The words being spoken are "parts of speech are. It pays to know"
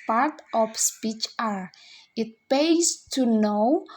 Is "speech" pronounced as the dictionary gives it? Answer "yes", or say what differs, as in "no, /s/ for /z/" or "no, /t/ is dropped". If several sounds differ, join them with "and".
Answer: yes